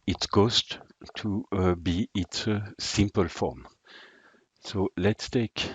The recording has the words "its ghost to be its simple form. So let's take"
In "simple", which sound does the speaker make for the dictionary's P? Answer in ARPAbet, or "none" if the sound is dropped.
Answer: P